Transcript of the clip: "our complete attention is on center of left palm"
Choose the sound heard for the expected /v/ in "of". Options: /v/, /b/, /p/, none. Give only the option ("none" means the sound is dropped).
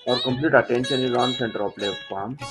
/p/